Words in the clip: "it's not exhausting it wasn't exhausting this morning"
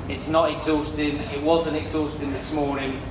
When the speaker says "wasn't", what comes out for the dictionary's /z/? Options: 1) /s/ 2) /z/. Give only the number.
2